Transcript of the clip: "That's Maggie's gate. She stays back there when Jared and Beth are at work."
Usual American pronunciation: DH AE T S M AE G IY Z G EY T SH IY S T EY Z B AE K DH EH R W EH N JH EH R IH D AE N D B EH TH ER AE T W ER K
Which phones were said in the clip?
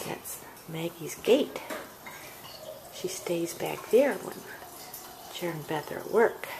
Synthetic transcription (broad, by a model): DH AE T S M AE G IY Z G EY T SH IY S T EY Z B AE K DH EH R W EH N CH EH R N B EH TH ER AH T W ER K